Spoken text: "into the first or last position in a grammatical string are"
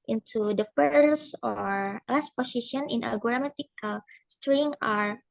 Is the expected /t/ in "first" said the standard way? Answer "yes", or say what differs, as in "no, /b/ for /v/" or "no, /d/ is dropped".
no, /t/ is dropped